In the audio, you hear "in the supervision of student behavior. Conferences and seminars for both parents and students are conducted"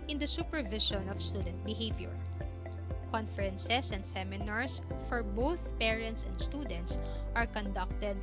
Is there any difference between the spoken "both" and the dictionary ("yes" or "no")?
no